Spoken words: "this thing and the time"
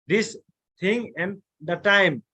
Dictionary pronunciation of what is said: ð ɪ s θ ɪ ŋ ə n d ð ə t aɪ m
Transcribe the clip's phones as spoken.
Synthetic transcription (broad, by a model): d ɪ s t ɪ ŋ ə n d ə t aɪ m